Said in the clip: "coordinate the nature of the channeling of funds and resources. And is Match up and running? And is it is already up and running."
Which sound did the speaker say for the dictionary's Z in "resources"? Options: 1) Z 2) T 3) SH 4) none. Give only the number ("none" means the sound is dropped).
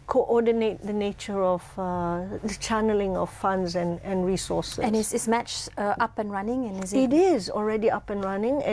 4